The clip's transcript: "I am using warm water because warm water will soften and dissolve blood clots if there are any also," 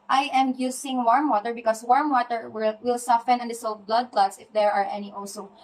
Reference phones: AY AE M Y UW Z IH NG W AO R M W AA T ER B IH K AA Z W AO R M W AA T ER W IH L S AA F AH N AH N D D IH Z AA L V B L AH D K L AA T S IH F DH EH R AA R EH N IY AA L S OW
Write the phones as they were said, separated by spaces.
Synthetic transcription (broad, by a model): AY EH M Y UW S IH NG W AO R M W AA T ER B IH K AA S W AO R M W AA T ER W IH L S AA F AH N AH N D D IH S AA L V B L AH D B L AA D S IH F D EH R AA R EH N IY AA L S OW